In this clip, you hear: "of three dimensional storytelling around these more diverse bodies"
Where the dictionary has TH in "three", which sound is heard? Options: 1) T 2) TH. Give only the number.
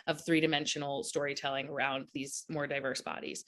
2